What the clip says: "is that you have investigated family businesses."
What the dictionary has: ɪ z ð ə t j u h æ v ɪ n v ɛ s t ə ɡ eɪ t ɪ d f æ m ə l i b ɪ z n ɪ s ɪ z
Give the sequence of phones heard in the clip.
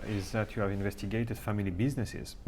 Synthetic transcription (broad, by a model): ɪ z ð ə t j u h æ v ɪ n v ɛ s t ə ɡ eɪ t ɪ d f æ m ə l i b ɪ z n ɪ s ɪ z